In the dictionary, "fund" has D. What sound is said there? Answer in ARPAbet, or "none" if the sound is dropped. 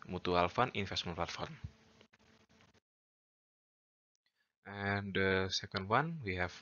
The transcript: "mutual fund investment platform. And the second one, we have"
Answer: none